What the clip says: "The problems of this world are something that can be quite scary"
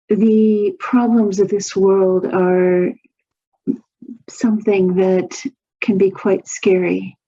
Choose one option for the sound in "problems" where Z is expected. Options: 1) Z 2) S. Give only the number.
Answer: 1